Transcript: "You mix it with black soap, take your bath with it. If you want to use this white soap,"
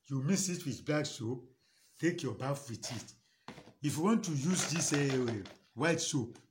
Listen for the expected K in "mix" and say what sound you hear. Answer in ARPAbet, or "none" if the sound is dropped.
none